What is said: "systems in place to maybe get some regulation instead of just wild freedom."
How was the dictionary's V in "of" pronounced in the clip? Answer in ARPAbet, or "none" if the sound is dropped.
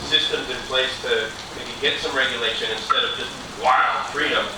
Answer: V